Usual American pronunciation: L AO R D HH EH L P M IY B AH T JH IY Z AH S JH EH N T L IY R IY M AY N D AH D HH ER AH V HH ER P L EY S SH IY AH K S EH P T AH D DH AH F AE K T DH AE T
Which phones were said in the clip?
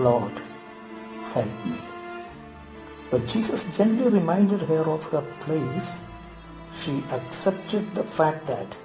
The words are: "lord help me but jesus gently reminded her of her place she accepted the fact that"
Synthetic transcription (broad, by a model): L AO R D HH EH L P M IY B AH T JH IY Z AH S JH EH N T L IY R IY M AY N D AH D HH ER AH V HH ER P L EY S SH IY AH K S EH P T AH D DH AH F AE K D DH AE T